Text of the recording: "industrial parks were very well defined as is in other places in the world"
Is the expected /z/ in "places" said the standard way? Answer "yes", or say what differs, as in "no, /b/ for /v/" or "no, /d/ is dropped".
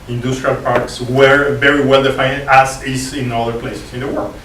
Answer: no, /s/ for /z/